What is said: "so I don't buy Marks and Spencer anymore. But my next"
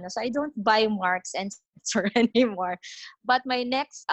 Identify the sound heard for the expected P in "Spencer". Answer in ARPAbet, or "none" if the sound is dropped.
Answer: none